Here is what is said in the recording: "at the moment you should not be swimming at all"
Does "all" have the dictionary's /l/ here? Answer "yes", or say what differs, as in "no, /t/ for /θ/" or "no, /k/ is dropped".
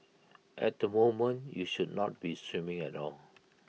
yes